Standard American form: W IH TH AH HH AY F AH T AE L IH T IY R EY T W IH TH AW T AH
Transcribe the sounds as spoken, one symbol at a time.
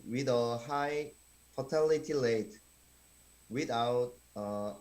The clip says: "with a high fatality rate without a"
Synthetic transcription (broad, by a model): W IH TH AH HH AY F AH T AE L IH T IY L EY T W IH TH AW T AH